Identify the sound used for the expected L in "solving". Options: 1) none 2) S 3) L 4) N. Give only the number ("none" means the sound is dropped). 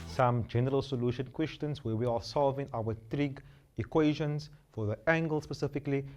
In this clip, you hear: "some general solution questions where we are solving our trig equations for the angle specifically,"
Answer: 3